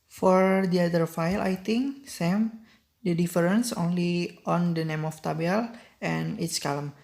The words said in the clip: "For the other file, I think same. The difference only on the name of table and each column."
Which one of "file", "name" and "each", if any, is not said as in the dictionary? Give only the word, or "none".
each